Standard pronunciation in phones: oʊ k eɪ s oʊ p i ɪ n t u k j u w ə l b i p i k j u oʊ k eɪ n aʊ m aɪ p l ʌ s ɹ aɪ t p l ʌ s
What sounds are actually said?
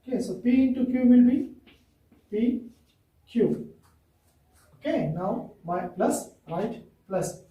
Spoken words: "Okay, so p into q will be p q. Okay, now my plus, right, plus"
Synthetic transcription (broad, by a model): k eɪ s oʊ p i ɪ n t u k j u w ə l b i p i k j u oʊ k eɪ n aʊ m aɪ p l ʌ s ɹ aɪ t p l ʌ s